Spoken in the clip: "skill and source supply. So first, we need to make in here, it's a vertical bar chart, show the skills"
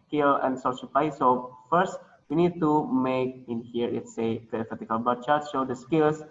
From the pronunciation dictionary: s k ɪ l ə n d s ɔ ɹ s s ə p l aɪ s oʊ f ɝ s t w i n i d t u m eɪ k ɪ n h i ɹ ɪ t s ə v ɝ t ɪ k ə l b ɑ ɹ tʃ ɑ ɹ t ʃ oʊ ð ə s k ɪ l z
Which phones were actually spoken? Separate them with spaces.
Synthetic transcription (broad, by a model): k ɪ l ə n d s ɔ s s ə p aɪ s oʊ f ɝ s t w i n i d t u m eɪ k ɪ n h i ɹ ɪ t s ə f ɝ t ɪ k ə l b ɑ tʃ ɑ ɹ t ʃ oʊ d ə s k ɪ l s